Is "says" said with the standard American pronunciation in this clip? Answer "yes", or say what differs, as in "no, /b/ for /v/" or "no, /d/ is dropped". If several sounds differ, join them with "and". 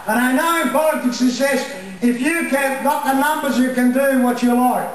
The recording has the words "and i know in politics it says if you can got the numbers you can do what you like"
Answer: no, /s/ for /z/